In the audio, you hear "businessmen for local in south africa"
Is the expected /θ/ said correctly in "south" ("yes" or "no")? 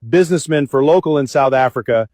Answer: yes